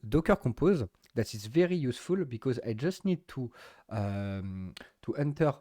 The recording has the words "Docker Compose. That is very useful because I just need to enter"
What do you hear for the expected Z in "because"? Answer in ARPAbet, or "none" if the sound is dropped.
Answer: Z